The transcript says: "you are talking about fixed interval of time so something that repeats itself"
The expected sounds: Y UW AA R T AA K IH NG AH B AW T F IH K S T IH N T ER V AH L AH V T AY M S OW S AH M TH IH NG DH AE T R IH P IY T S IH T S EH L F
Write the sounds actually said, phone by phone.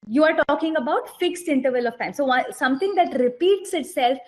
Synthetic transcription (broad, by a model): Y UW AA R T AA K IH NG AH B AW T F IH K S T IH N T ER V AH L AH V T AY M S OW S AH M T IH NG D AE T R IH P IY T S IH T S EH L F